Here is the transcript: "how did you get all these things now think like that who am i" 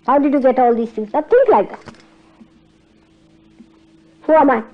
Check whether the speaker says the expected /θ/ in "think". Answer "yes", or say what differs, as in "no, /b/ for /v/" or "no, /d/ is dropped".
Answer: no, /t/ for /θ/